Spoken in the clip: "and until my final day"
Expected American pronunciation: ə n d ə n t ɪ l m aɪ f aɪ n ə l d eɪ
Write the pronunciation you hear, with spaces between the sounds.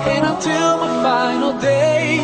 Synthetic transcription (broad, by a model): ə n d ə t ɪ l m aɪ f aɪ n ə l d eɪ